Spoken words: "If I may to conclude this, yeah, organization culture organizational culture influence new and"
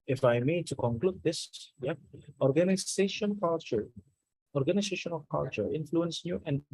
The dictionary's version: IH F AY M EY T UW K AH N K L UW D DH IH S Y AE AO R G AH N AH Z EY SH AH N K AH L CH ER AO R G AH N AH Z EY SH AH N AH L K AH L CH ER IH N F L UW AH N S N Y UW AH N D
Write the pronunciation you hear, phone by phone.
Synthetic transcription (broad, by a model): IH F AY M EY T UW K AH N K L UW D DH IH S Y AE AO R G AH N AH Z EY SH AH N K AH L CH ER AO R G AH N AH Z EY SH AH N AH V K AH L CH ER IH N F L UW AH N S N Y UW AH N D